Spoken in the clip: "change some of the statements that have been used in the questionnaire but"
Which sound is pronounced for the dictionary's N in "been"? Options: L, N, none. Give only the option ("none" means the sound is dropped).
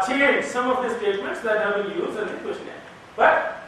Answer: L